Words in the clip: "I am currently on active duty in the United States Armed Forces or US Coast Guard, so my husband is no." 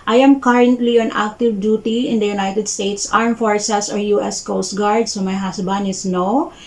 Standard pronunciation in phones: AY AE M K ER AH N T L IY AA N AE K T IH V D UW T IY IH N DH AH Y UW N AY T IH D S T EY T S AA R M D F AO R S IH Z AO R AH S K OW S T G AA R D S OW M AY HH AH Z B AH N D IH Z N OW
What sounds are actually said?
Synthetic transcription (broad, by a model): AY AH M K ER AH N T L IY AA N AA K T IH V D UW T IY IH N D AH Y UW N AY T IH D S T EY T S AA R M F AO R S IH S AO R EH S K OW S T G AA R D S OW M AY HH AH S B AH N IH S N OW